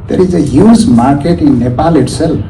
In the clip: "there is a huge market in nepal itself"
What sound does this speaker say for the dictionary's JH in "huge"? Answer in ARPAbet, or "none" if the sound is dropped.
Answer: Z